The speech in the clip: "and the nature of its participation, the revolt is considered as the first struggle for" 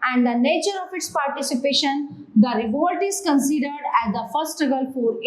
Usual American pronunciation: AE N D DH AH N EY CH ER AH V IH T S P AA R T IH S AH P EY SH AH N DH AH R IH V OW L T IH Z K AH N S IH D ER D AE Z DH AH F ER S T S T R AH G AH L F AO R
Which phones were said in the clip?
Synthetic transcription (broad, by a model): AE N D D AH N EY CH ER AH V IH T S P AA R T IH S AH P EY SH AH N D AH R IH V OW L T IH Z K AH N S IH D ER D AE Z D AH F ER T S T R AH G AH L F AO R